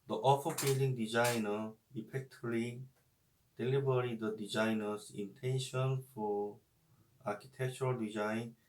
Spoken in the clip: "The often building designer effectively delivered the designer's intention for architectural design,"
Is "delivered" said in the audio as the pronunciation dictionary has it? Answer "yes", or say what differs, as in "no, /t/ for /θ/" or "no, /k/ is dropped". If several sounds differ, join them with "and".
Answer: no, /b/ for /v/